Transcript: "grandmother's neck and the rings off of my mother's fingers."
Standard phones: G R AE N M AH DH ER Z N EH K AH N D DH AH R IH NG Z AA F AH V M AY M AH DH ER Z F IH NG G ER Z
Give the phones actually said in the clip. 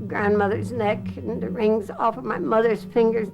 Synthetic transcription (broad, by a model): G R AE N M AH DH ER Z N EH K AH N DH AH R IH NG Z AA F AH V M AY M AH DH ER Z F IH NG G ER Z